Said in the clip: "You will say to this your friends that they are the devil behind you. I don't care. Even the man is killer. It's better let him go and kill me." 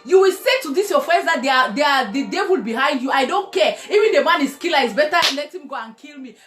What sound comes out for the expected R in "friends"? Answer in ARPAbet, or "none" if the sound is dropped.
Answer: none